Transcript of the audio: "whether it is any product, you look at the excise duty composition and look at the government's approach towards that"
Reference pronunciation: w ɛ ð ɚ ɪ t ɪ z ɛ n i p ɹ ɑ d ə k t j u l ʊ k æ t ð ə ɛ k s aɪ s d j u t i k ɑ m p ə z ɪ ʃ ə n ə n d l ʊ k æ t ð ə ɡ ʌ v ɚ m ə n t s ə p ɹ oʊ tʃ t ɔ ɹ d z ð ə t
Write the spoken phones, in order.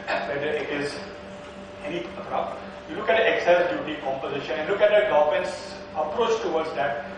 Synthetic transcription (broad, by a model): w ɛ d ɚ ɪ t ɪ z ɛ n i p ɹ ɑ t j u l ʊ k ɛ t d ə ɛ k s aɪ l d j u t i k ɑ m p ə z ɪ ʃ ə n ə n l ʊ k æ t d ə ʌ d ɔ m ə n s ə p ɹ oʊ tʃ t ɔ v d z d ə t